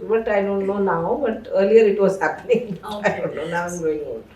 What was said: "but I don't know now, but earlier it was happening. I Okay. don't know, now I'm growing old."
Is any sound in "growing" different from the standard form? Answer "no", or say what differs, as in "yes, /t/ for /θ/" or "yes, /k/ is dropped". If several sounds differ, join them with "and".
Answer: yes, /ɹ/ is dropped